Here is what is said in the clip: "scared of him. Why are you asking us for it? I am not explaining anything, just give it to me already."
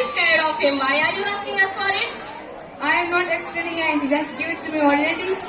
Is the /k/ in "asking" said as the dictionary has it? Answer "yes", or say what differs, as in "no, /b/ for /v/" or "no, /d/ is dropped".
no, /k/ is dropped